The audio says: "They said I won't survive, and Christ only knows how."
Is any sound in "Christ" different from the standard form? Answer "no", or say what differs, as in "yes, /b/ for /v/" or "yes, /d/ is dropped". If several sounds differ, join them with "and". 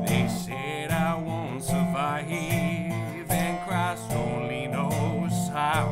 yes, /t/ is dropped